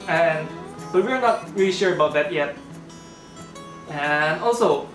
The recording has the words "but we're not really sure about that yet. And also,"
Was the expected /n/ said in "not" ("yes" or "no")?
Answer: yes